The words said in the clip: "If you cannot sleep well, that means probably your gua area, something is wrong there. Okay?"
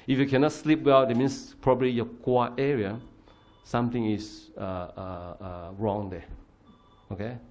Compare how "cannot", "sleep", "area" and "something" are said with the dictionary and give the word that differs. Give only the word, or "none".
something